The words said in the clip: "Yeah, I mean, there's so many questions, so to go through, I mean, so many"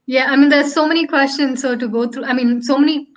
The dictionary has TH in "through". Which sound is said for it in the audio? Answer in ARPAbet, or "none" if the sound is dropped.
T